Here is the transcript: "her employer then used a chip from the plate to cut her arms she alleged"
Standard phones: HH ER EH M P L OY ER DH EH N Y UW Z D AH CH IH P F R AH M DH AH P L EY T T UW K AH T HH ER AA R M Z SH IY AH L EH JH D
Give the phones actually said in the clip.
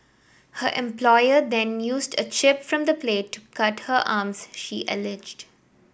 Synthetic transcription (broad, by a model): HH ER EH M P L OY ER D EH N Y UW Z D AH CH IH P F R AH M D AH P L EY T T UW K AH T HH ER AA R M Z SH IY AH L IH JH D